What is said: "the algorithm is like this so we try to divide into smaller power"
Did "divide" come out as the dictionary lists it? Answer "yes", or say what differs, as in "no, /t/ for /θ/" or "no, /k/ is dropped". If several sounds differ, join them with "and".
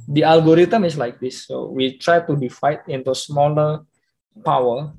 no, /f/ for /v/